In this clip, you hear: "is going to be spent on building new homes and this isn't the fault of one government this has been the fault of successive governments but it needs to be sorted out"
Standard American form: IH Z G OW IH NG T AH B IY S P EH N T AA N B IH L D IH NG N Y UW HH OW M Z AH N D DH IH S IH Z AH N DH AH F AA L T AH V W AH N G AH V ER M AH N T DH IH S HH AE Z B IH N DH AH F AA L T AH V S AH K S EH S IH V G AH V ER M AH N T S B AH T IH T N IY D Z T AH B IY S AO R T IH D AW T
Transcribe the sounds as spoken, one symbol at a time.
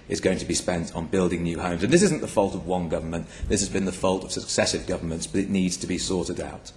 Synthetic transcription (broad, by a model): IH Z G OW IH NG T AH B IY S P EH N T N B IH L D IH NG N Y UW HH OW M Z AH N DH IH S IH Z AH N DH AH F AA L T AH V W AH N G AH V ER M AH N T DH IH S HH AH Z B IH N DH AH F AA L T AH V S AH K S EH S IH V G AH V ER M AH N T S B AH T IH T N IY D Z T AH B IY S AO R T IH D AW T